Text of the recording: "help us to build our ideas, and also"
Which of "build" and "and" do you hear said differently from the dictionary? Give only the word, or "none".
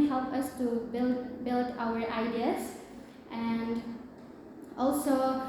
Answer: none